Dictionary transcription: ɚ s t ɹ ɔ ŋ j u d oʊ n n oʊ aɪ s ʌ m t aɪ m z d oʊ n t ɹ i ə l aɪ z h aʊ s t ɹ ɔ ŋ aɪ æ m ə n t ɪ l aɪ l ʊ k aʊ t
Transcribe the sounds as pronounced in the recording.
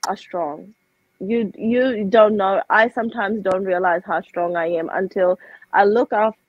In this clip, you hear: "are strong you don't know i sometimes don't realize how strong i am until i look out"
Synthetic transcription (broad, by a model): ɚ s t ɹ ɔ ŋ j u d oʊ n n oʊ aɪ s ʌ m t aɪ m z d oʊ n t ɹ i ə l aɪ z h aʊ s t ɹ ɔ ŋ aɪ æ m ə n t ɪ l aɪ l ʊ k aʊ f